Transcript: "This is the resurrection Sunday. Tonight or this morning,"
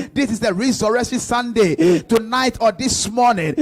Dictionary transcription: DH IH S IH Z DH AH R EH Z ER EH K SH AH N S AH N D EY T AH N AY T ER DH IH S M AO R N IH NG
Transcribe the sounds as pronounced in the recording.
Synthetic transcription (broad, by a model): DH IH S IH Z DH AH R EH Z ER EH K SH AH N S AH N D EY T AH N AY T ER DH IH S M AO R N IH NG